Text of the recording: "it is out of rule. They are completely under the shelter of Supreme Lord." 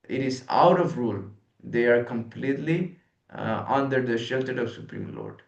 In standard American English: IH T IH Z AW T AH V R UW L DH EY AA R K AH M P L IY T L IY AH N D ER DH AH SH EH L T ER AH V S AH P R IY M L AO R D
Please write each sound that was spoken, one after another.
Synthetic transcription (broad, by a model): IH T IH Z AW T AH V R UW L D EY AA R K AH M P L IY T L IY AH N D ER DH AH SH EH L T ER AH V S AH P R IY M L AO R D